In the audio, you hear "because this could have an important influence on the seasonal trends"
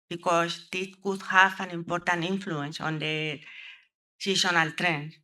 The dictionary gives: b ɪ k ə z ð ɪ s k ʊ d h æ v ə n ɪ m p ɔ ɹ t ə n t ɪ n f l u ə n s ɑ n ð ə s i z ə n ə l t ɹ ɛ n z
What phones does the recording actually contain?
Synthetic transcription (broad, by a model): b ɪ k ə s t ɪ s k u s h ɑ f ə n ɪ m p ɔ ɹ t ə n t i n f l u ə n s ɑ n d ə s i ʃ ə n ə l t ɹ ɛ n